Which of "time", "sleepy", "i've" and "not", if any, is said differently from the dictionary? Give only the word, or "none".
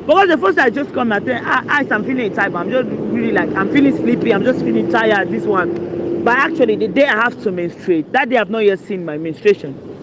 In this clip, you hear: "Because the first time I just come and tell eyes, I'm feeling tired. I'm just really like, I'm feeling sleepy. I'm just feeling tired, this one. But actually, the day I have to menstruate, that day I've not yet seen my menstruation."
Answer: time